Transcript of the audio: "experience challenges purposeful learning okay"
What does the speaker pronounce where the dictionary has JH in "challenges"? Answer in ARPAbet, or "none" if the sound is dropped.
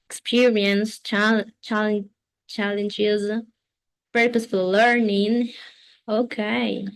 JH